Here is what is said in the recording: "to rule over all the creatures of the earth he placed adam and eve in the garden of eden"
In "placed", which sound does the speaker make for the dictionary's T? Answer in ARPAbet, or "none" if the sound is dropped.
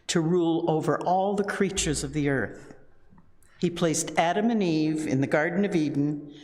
T